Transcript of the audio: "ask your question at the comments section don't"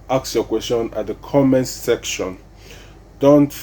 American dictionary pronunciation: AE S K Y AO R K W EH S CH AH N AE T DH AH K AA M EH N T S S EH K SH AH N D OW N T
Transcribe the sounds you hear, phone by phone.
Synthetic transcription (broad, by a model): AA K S Y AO K W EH S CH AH N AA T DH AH K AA M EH N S S EH K SH AH N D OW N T